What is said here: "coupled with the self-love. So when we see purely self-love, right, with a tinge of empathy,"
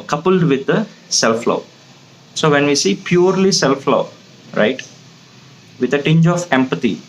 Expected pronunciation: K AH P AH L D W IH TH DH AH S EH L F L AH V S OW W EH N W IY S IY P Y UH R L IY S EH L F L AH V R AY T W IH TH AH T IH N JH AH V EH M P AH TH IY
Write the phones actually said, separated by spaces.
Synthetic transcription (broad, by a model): K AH P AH L D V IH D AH S EH L F L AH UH S OW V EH N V IY S IY P Y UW R L IY S EH L F L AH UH R AY T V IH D AH T IH N JH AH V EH M P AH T IY